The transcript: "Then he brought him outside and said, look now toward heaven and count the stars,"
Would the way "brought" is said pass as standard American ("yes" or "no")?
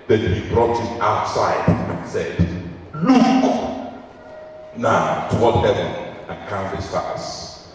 yes